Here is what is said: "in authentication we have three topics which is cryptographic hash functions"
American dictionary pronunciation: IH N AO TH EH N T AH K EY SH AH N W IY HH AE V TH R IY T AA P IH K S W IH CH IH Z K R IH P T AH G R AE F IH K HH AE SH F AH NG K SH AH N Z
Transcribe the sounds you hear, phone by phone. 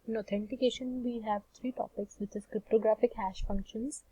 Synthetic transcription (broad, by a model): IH N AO T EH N T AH K EY SH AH N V IY HH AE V T R IY T AA P IH K S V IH CH IH Z K R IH P T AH G R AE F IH K HH AE SH F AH NG K SH AH N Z